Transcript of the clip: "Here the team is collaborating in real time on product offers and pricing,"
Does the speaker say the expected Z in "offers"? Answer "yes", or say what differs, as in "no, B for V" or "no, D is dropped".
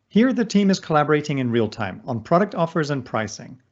yes